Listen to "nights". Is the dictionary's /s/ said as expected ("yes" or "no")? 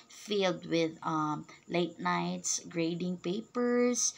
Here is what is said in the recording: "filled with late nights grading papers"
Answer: yes